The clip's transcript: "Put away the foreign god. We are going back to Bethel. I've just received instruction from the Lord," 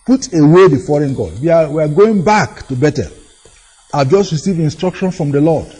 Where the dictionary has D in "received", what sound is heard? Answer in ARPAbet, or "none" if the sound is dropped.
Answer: none